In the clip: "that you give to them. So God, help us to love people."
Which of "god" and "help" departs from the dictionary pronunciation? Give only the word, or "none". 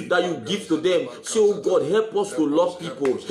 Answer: none